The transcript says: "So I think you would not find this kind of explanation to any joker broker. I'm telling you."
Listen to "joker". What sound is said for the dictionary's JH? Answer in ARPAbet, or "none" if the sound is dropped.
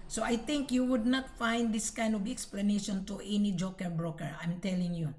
JH